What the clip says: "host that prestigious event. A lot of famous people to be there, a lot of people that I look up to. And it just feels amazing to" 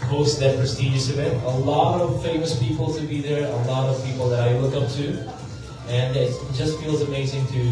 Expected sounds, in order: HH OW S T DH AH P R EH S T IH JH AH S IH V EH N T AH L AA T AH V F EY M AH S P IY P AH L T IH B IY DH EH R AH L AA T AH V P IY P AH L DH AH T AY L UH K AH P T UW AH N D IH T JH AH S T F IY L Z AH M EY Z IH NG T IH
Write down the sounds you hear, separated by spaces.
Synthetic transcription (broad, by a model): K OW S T DH AH P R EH S T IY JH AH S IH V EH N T AH L AA T AH V F EY M AH S P IY P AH L T IH B IY DH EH R AH L AA T AH V P IY P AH L DH AH T AY W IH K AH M T UW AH N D IH T JH AH S T F IY L Z AH M EY Z IH NG T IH